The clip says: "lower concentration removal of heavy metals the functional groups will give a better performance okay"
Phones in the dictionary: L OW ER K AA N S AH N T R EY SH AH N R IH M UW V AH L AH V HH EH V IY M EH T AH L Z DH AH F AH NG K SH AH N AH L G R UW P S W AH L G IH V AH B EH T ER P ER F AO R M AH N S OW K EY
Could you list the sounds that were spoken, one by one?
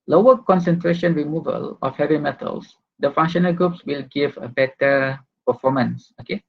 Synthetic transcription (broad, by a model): L OW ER K AA N S AH N T R EY SH AH N R IH M UW V AH L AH F HH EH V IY M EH T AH L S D AH F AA NG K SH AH N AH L G R UW P S W AH L G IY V AH B EH T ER P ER F AO M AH N S OW K EY